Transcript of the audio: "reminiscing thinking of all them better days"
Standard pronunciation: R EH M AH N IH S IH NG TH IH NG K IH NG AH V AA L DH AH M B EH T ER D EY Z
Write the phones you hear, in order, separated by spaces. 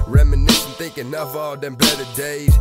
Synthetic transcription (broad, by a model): R EH M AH N IH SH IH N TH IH NG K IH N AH F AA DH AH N B EH T ER D EY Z